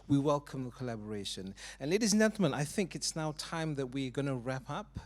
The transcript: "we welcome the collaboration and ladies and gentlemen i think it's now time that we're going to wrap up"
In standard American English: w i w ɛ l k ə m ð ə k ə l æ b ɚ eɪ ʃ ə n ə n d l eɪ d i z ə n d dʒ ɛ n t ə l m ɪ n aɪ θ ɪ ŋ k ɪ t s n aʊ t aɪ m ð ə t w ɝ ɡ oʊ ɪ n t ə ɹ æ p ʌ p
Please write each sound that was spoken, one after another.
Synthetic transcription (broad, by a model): w i w ɛ l k ə m ð ə k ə l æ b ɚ eɪ ʃ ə n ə n l eɪ d i z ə n dʒ ɛ n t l m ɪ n aɪ θ ɪ ŋ k ɪ t s n aʊ t aɪ m ð ə t w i ɡ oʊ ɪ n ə ɹ æ p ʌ p